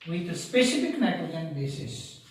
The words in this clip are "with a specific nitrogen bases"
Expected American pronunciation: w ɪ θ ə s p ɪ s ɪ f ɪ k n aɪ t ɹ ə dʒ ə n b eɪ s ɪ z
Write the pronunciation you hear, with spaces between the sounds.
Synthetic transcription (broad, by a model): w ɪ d ə s p ɪ s ɪ f ɪ k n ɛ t ə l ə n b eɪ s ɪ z